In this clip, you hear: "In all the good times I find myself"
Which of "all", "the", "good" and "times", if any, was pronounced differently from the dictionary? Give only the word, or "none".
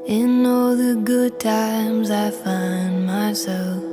none